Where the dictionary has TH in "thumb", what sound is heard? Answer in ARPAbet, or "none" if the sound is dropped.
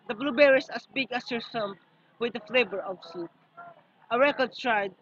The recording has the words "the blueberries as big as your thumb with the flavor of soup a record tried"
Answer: S